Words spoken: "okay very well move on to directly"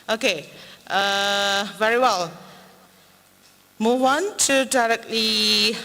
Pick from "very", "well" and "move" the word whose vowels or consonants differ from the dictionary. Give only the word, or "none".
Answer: move